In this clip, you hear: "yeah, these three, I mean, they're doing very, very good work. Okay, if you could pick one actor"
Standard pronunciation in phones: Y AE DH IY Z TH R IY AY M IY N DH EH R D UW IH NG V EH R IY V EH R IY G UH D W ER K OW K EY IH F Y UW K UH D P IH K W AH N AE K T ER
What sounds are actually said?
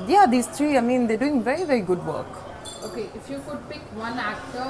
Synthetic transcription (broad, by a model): Y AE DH IY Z T R IY AY M IY N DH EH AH D UW IH NG V EH R IY V EH R IY G UH D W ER K OW K EY IH F Y UW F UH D P IH K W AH N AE K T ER